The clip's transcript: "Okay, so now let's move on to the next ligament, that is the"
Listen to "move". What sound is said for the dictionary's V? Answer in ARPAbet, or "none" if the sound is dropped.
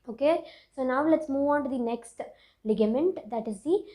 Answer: V